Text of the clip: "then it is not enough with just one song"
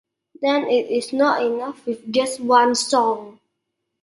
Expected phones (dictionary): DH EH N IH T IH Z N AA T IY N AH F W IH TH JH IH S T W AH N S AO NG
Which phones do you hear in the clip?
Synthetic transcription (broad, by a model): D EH N IH T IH S N AA T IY N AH F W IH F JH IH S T W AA N S AO NG